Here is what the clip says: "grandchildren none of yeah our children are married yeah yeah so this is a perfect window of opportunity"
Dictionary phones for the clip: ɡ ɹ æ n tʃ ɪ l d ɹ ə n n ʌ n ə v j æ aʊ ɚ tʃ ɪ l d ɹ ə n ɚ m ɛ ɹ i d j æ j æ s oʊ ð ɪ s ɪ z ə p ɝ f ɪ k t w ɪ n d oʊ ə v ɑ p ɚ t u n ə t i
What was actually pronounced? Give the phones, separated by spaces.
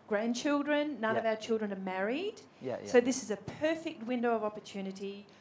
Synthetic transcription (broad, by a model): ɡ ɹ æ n tʃ ɪ l d ɹ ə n n ʌ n ə v aʊ ɚ tʃ ɪ l d ɹ ə n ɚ m ɛ ɹ i d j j s oʊ ð ɪ s ɪ z ə p ɝ f ɪ k t w ɪ n d oʊ ə v ɑ p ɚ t u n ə t i